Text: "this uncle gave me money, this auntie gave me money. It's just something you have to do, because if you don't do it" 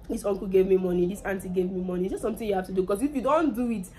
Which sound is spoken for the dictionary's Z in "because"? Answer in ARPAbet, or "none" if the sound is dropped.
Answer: S